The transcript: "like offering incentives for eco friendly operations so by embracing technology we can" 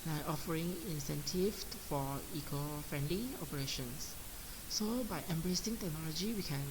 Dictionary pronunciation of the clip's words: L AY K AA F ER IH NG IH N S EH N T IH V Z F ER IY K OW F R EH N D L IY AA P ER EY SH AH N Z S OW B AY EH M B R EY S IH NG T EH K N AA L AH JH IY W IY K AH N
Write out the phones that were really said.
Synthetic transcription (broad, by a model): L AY AA F ER IH NG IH N S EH N T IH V F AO IY K OW F R EH N D L IY AA P ER EY SH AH N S S OW B AY EH M B R EY S IH NG T EH K N AA L AH JH IY W IY K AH N